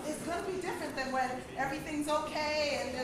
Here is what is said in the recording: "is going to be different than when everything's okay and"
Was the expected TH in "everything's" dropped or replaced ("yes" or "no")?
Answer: no